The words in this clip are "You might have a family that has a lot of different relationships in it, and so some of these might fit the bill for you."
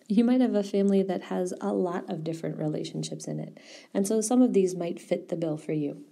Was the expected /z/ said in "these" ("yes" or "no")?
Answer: yes